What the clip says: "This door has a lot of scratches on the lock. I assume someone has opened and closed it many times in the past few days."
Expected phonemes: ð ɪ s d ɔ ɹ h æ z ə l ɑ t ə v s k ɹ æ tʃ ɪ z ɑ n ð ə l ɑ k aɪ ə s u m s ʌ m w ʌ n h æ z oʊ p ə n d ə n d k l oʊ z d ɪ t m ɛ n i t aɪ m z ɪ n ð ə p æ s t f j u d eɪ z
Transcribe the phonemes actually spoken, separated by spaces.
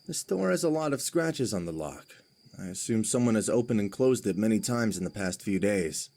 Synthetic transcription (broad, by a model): ð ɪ s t ɔ ɹ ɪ z ə l ɑ t ə v s k ɹ æ tʃ ɪ z n ð ə l ɑ k aɪ ə s u m s ʌ m w ʌ n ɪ z oʊ p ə n ə n k l oʊ z d ɪ t m ɛ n i t aɪ m z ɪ n ð ə p æ s t f j u d eɪ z